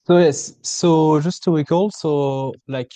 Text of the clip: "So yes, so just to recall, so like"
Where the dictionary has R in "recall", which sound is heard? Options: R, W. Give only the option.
W